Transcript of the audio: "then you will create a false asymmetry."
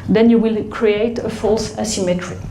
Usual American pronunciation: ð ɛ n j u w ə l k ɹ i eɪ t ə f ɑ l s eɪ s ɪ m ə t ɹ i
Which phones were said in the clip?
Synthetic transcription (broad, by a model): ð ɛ n j u w ə l k ɹ i eɪ t ə f ɑ l s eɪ s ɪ m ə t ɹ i